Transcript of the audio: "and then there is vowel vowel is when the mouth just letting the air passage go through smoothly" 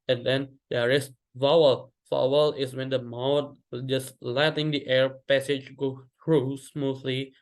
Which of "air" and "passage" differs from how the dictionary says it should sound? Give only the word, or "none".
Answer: none